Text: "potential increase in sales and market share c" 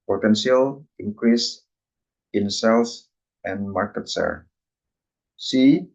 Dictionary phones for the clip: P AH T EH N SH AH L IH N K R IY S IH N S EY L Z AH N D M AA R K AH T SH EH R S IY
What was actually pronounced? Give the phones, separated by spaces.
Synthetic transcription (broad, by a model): P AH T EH N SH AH L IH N K R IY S IH N S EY L S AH N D M AA R K AH T S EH R S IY